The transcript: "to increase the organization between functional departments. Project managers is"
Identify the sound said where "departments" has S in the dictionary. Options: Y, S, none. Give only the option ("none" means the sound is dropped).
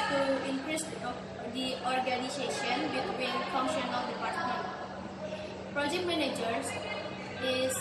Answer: none